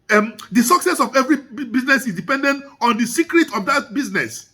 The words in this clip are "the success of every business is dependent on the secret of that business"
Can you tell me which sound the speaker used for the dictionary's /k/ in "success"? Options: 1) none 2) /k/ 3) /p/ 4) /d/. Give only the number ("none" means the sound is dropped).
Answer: 2